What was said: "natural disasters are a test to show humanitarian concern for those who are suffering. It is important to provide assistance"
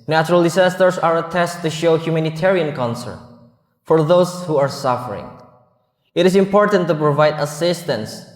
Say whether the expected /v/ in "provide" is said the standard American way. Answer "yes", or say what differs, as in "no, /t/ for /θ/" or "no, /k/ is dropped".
yes